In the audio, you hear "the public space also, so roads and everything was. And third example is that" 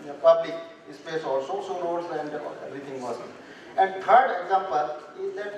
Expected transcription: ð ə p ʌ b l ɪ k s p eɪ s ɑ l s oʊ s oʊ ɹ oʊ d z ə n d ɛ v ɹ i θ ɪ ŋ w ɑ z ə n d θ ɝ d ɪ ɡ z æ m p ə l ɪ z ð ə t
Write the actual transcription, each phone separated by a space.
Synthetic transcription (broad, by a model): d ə p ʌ b l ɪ k s p eɪ s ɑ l s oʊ s oʊ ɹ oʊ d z ə n d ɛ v ɹ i t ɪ ŋ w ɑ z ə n d t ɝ d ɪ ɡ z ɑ m p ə l ɪ z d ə t